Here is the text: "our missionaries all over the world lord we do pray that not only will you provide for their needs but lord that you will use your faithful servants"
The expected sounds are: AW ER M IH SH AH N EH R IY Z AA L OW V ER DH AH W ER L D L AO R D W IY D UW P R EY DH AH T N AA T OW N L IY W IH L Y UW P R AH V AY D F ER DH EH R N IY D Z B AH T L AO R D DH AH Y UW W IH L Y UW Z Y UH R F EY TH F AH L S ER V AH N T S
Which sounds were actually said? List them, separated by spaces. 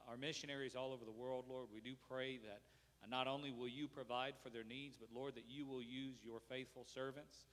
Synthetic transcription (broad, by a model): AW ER M IH SH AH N EH R IY Z AA L OW V ER DH AH W ER L D L AO R D W IY D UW P R EY DH AH T N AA T OW N L IY W IH L Y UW P R AH V AY D F ER DH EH R N IY D Z B AH T L AO R D DH AH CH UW W IH L Y UW Z Y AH R F EY TH F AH L S ER V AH N T S